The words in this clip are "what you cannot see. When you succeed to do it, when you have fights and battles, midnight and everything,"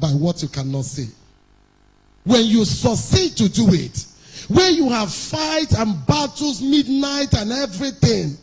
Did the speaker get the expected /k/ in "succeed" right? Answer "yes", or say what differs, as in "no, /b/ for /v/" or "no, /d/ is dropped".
no, /k/ is dropped